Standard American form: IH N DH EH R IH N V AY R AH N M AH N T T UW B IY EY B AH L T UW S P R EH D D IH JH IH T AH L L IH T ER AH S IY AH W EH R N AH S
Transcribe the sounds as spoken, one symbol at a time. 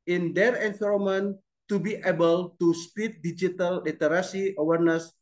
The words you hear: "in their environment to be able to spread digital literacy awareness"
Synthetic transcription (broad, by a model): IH N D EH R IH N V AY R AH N M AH N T T UW B IY EY B AH L T UW S P IY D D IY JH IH T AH L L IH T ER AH S IY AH W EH R N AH S